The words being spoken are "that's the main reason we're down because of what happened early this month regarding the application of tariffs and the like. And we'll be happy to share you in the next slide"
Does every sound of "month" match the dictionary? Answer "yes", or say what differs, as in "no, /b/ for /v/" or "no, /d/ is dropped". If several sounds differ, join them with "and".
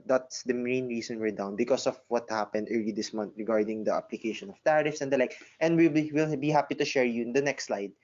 no, /t/ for /θ/